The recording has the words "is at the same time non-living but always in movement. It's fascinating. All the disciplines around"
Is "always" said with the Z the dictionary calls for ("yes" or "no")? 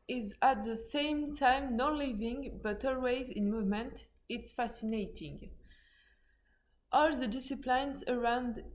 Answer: yes